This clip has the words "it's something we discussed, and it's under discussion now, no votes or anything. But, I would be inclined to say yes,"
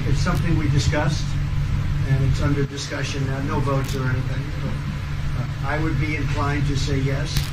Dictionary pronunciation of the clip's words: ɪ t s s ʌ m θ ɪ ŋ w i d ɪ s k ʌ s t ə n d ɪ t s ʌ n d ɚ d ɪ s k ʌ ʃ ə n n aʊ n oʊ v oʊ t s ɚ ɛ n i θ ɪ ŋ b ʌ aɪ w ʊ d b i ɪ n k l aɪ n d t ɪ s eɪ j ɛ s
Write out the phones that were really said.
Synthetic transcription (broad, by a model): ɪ t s s ʌ m θ ɪ ŋ w i d ɪ s k ʌ s t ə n ɪ t s ʌ n d ɚ d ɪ s k ʌ ʃ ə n n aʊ n oʊ v oʊ t s ɚ ɛ n i θ ɪ ŋ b aɪ w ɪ d b i ɪ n k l aɪ n t ɪ s eɪ j ɛ s